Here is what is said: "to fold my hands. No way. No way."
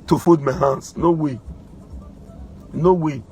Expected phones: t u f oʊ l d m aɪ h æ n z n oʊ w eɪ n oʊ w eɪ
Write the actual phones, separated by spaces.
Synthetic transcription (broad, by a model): t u f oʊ d m aɪ h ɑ n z n oʊ w eɪ n oʊ w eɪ